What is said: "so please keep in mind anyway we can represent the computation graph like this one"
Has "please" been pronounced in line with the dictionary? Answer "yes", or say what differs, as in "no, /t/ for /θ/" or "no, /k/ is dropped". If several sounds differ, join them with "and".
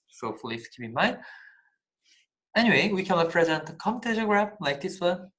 no, /f/ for /p/